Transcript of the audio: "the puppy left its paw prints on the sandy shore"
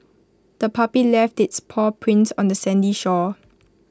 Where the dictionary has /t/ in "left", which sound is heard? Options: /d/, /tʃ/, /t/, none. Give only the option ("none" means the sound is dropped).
/t/